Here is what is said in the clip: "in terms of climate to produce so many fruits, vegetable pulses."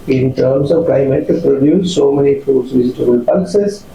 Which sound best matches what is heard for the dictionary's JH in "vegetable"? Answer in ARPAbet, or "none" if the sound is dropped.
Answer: Z